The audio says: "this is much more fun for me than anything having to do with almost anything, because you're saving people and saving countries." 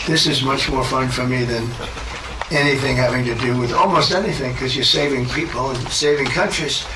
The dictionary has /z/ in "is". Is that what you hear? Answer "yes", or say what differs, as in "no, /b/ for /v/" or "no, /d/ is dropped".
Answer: yes